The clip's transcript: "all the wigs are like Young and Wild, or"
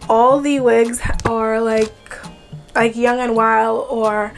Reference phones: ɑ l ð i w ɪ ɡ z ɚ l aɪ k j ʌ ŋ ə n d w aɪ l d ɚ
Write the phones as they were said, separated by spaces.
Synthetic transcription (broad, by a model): ɑ l ð i w ɪ ɡ z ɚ l aɪ k j ʌ ŋ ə n w aɪ l d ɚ